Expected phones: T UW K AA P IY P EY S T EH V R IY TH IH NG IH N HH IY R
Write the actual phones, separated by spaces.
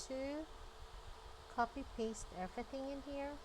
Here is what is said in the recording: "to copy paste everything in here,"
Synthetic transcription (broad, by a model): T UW K AA P IY P EY S T EH V R IY TH IH NG IH N HH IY R